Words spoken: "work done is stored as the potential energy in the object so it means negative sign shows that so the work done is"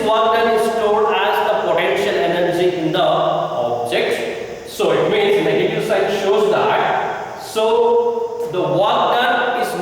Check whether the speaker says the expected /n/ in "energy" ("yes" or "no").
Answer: yes